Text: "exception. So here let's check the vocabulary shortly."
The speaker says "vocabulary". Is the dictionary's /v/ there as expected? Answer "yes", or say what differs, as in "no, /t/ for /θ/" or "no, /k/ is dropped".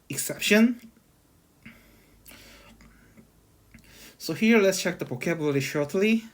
no, /p/ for /v/